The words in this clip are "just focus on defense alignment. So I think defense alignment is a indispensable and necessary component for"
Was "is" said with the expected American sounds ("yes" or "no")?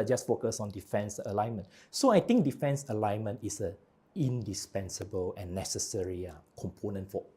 no